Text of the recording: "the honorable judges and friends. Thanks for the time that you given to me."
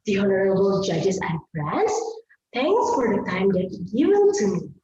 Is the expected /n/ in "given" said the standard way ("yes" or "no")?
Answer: no